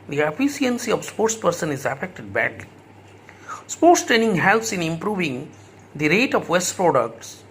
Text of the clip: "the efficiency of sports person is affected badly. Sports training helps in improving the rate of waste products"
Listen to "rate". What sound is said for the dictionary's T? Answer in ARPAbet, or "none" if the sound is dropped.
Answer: T